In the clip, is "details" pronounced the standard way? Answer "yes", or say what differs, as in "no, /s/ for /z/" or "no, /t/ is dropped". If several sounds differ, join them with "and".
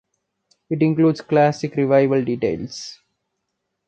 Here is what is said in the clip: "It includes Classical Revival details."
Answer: no, /s/ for /z/